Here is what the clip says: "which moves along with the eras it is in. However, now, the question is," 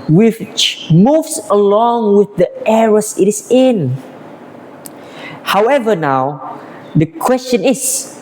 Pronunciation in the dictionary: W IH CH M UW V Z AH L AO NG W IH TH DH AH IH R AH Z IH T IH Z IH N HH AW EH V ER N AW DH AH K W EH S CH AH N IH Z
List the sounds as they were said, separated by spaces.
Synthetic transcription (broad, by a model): W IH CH M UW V S AH L AO NG W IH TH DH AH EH R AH S IH T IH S IH N HH AW EH V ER N AW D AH K W EH S CH AH N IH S